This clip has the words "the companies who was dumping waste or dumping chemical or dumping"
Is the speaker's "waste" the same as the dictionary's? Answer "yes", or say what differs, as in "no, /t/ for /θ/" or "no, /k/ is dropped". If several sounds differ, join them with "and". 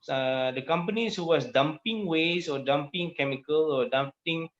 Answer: no, /t/ is dropped